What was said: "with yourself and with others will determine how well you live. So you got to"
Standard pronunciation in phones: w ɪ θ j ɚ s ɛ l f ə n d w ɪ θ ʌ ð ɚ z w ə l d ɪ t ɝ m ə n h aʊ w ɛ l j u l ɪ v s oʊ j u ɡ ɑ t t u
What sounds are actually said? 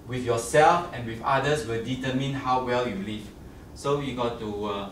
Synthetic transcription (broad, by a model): w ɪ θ j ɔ s ɛ l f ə n w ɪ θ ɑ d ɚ s w ə l d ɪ t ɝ m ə n h aʊ w ɛ l j u l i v s oʊ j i ɡ ɑ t t u